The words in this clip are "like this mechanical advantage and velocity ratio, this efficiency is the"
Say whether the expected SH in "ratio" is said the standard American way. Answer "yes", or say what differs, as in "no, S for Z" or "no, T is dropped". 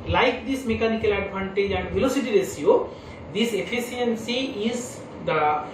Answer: no, S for SH